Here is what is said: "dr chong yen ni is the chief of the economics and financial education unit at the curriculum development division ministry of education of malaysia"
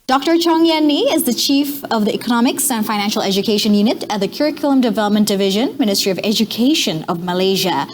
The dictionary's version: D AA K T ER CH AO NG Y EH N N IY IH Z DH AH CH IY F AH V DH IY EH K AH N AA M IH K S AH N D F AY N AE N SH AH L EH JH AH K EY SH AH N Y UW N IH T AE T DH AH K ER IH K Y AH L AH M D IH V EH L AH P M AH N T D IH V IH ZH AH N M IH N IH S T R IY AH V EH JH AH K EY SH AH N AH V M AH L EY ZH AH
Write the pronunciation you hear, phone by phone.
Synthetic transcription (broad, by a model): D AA K T ER CH AO NG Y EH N N IY IH Z DH AH CH IY F AH V DH IY EH K AH N AA M IH K S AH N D F AY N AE N SH L EH JH AH K EY SH AH N Y UW N IH T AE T DH AH K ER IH K Y L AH M D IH V EH L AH P M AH N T D IH V IH ZH AH N M IH N IH S T R IY AH V EH JH AH K EY SH AH N AH V M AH L EY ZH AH